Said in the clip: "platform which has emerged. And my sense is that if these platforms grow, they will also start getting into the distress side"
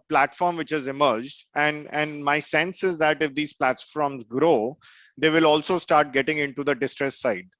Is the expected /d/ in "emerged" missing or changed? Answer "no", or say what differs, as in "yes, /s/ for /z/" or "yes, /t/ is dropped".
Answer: no